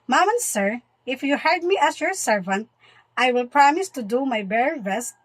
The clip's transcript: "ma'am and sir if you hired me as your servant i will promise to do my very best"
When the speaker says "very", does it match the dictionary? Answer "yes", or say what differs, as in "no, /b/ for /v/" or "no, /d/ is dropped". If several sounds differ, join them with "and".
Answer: no, /b/ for /v/